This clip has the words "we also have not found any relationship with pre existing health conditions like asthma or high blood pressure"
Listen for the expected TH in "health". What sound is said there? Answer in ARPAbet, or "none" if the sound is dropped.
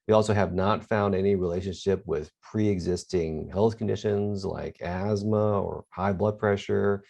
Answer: TH